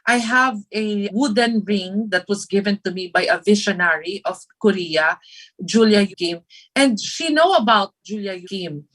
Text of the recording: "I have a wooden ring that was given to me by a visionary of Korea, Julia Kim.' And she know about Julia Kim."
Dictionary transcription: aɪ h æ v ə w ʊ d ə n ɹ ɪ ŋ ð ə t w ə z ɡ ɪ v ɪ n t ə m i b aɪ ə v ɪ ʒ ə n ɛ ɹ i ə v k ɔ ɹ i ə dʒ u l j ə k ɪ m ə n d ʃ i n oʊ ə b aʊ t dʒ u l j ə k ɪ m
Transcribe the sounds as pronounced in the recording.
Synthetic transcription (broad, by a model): aɪ h æ v ə w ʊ d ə n ɹ ɪ ŋ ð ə t w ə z ɡ ɪ v ɪ n t ə m i b aɪ ə v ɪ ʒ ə n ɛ ɹ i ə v k ɔ ɹ i ə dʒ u l j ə k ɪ m ə n d ʃ i n oʊ ə b aʊ t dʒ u l j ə k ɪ m